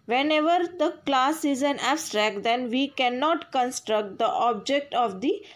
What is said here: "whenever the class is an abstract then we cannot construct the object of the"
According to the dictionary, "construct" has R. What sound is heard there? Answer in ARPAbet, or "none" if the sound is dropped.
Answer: R